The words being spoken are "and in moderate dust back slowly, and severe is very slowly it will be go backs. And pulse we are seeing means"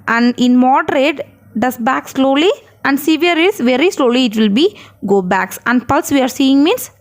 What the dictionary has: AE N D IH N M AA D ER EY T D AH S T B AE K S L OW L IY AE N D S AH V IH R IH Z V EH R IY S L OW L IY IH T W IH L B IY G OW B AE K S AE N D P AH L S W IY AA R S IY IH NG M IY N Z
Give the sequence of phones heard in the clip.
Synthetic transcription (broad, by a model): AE N D IH N M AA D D EY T D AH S B AE K S L OW L IY AE N D S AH V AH R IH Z V EH R IY S L OW L IY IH T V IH L B IY G OW B AE K S AE N D P AH L S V IY AA R S IY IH NG M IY N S